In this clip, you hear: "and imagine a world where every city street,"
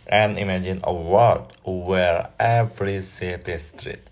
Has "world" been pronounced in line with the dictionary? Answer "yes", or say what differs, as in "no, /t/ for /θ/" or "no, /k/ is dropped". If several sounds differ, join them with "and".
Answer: no, /l/ is dropped